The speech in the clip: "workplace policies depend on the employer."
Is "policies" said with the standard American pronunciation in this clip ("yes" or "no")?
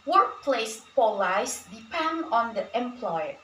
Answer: no